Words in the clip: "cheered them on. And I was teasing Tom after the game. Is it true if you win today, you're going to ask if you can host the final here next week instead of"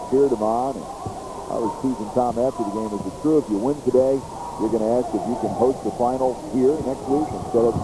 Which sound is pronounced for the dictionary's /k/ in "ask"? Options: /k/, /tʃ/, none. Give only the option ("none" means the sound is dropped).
/k/